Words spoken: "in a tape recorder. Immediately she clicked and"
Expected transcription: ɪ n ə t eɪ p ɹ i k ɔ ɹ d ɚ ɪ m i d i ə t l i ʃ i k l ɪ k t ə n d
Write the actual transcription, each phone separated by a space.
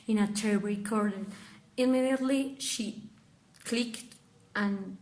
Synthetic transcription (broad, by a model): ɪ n ə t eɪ b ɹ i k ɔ ɹ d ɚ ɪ m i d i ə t l i ʃ i k l ɪ k t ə n